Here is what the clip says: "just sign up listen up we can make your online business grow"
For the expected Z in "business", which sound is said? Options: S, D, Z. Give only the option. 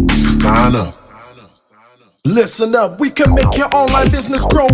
Z